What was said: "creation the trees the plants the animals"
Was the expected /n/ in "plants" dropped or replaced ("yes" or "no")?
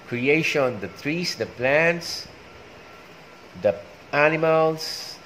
no